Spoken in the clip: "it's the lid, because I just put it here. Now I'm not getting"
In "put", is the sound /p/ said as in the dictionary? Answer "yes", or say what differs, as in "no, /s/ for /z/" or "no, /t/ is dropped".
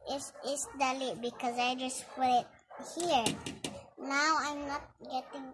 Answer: no, /f/ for /p/